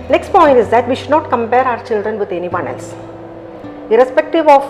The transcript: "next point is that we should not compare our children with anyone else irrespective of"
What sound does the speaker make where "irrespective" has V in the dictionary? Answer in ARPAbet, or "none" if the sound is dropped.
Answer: V